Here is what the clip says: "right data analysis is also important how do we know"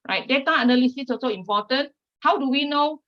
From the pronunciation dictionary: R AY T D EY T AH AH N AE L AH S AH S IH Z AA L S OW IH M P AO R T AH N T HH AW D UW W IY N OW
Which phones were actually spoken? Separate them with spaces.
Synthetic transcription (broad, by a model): R AY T D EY T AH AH N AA L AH S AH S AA S OW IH M P AO T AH N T HH AW D UW W IY N OW